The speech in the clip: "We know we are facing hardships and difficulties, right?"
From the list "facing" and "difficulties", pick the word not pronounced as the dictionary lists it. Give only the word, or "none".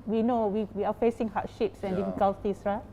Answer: difficulties